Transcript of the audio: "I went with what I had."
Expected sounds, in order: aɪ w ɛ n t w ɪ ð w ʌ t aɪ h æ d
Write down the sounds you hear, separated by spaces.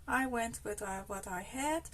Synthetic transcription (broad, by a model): aɪ w ɛ n t w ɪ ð w ʌ t aɪ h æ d